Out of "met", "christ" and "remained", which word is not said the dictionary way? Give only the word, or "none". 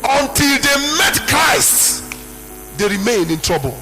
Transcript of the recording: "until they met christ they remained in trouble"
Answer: remained